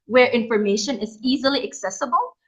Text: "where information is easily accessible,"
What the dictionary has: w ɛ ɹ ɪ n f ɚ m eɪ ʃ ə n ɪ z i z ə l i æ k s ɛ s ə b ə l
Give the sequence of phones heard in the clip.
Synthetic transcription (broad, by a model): w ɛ ɹ ɪ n f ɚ m eɪ ʃ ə n ɪ z i z ə l i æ k s ɛ s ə b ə l